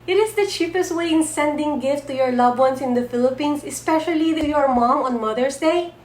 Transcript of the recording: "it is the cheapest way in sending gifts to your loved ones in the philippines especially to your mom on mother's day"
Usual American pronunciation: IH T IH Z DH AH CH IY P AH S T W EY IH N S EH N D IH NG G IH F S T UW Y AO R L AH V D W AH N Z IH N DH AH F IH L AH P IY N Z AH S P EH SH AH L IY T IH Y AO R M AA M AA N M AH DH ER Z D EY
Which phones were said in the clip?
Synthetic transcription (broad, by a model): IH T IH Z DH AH CH IY P AH S T W EY IH N S EH N D IH NG G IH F T UW Y AO R L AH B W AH N S IH N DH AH F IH L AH P IY N S AH S P EH SH AH L IY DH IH Y AO R M AA M AA N M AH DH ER S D EY